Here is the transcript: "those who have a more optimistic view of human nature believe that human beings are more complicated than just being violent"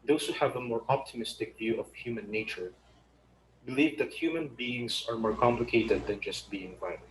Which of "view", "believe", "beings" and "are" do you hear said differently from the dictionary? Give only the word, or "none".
beings